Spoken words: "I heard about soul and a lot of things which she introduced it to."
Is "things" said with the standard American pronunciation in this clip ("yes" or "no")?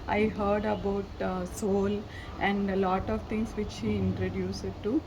no